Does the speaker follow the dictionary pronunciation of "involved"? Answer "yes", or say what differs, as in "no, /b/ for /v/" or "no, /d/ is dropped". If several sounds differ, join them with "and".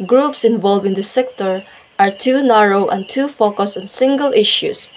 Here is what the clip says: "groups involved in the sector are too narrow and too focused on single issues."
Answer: no, /d/ is dropped